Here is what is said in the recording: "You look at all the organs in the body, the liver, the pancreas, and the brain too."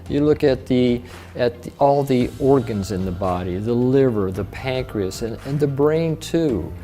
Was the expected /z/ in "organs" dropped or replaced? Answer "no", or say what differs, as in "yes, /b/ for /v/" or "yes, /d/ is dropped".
no